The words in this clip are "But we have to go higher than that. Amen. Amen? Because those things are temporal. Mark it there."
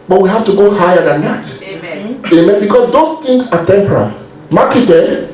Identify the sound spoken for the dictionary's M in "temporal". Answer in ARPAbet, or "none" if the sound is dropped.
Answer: M